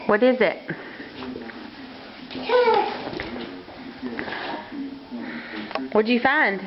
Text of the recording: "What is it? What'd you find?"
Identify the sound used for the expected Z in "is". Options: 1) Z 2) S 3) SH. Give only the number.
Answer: 1